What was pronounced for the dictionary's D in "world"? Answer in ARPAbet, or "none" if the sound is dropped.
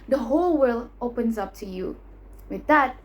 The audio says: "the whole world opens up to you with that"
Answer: none